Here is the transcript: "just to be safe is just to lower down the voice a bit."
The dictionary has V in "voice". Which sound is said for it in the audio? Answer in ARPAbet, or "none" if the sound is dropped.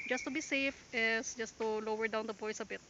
P